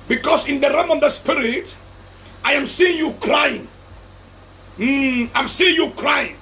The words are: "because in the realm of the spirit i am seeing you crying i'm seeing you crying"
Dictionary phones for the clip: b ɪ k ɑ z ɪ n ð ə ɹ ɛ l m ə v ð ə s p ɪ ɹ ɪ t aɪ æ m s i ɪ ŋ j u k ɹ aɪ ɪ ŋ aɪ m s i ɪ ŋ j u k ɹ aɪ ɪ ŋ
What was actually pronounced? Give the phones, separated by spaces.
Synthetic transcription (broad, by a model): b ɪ k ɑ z ɪ n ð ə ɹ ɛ m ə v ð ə s p ɪ ɹ ɪ t aɪ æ m s i ɪ ŋ j u k ɹ aɪ ɪ ŋ aɪ m s i ɪ ŋ j u k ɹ aɪ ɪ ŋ